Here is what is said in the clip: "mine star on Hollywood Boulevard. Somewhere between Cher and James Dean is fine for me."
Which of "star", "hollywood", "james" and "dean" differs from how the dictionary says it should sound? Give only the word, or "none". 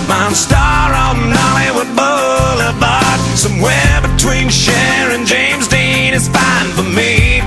hollywood